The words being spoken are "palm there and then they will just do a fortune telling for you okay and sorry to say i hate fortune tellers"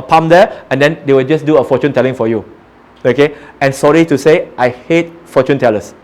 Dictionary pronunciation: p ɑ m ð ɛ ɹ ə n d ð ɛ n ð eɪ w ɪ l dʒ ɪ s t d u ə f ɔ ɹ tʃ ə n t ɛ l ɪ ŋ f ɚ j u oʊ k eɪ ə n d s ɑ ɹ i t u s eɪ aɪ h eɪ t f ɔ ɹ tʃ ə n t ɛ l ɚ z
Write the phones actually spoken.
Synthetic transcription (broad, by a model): p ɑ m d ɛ ə n d ɛ n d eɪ w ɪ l dʒ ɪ s d u ə f ɔ tʃ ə n t ɛ l ɪ ŋ f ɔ j u oʊ k eɪ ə n s ɑ ɹ i t u s eɪ aɪ h eɪ t f ɔ tʃ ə n t ɛ l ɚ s